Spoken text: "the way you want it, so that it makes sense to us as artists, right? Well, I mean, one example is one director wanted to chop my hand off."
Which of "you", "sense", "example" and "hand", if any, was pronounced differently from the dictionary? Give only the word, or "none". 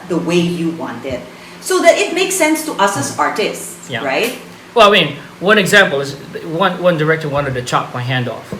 none